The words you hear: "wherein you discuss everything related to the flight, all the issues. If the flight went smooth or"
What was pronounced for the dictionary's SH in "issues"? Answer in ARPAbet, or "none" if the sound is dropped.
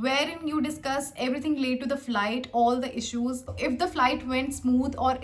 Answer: SH